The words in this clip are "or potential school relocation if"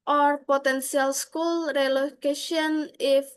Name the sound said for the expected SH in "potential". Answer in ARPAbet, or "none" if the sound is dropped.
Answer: S